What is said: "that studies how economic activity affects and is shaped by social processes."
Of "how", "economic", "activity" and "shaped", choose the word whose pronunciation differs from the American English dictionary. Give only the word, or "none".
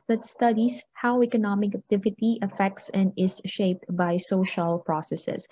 none